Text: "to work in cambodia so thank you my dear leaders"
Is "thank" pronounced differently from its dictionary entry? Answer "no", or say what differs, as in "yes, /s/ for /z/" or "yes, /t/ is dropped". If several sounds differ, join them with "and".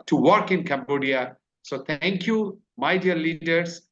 yes, /t/ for /θ/